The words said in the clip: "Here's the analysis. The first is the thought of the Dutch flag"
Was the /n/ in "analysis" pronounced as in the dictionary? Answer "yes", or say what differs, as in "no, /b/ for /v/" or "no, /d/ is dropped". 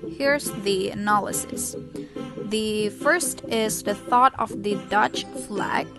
yes